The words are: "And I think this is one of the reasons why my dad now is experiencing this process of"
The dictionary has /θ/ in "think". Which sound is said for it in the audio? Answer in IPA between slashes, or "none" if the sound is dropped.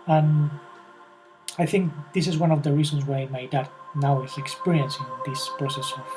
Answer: /θ/